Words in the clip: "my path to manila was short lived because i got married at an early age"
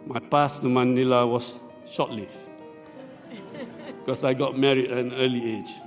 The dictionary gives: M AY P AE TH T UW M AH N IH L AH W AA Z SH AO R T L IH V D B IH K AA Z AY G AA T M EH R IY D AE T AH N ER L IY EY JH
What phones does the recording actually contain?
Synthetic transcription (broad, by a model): M AY P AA S T UW M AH N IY L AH W AA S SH AO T L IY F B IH K AA S AY G AA T M EH R IY D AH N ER L IY EY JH